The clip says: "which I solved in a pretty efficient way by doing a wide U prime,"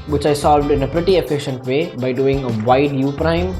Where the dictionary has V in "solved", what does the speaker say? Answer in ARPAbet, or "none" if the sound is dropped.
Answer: V